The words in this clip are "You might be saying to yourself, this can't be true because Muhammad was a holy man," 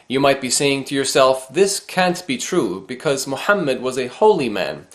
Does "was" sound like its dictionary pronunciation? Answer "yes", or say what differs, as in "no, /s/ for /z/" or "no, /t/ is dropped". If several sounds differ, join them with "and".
yes